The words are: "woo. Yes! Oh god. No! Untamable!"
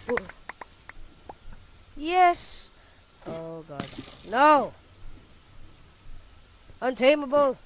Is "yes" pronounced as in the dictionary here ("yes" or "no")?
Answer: yes